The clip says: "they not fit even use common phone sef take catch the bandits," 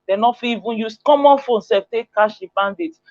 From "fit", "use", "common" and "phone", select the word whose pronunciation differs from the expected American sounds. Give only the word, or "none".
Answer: fit